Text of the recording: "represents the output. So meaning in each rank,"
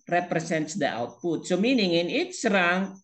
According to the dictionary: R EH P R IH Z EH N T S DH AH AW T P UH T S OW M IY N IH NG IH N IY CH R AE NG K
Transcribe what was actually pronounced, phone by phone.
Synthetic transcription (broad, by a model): R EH P R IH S EH N T S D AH AW T P UH T S OW M IY N IH NG IH N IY S R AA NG